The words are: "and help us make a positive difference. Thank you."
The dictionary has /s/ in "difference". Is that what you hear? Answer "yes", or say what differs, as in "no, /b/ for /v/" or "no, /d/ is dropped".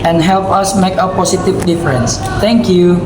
yes